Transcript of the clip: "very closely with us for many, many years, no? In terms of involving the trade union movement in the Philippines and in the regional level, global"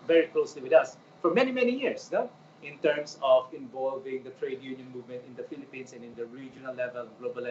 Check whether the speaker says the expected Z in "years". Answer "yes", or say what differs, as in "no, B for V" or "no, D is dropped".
no, S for Z